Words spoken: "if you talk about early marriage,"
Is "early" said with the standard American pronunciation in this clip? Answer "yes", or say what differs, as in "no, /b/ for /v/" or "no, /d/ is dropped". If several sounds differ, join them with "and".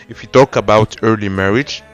yes